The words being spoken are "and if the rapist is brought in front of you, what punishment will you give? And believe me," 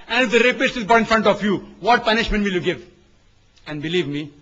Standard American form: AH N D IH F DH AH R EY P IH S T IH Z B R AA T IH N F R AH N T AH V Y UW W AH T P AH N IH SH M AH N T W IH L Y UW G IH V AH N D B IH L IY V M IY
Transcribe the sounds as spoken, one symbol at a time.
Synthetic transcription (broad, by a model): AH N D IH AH R EY P IH S T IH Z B AA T IH N F R AH N T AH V Y UW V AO T P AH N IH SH M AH N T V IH L Y UW G IH V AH N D B IH L IY V M IY